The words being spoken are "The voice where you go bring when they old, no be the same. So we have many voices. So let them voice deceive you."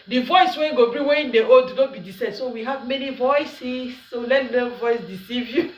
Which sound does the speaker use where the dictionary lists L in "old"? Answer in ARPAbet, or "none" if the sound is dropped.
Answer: none